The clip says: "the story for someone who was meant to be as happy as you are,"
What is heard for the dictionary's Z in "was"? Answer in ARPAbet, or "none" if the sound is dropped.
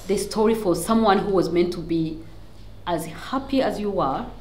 Z